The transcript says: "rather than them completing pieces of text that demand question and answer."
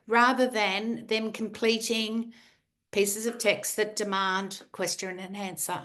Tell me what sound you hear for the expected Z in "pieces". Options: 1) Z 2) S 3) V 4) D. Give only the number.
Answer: 1